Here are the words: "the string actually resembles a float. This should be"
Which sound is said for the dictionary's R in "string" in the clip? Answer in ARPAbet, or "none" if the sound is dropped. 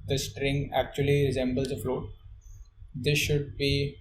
R